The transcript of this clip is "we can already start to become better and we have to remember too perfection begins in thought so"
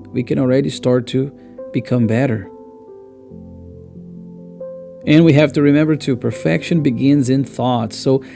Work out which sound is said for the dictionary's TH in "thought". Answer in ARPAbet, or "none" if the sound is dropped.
TH